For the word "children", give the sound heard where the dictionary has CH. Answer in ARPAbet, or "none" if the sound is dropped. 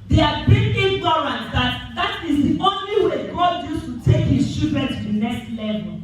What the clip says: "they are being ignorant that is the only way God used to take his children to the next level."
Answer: SH